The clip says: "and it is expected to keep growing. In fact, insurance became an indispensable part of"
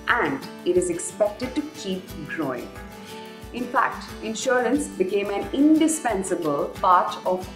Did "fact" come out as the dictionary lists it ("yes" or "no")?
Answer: yes